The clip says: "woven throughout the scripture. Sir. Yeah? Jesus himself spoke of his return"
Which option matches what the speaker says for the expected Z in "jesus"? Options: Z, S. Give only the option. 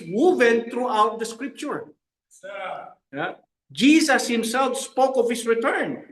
S